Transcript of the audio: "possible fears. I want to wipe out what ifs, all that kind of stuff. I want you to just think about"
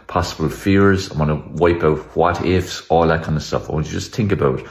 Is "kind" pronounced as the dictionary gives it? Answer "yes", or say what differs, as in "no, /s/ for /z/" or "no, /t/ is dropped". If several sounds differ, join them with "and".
no, /d/ is dropped